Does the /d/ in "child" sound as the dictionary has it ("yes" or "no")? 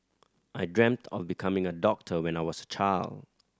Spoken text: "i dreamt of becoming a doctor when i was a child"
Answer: yes